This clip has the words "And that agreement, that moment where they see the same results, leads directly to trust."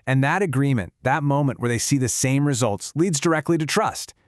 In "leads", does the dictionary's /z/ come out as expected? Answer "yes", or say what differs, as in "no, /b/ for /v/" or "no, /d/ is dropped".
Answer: yes